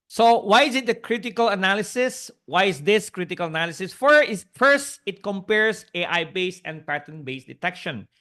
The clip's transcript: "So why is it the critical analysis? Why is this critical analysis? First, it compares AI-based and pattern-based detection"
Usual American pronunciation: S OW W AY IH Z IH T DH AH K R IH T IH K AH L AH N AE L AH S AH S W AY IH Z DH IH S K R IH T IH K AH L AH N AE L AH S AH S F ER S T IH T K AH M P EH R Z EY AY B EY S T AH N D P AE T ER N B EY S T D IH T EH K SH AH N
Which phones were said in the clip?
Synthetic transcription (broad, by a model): S OW W AY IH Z IH T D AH K R IH T IH K AH L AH N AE L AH S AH S W AY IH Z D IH S K R IH T IH K AH L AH N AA L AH S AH S F ER S T IH T K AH M P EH R S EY AY B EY S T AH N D P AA T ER N B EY S D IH T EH K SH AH N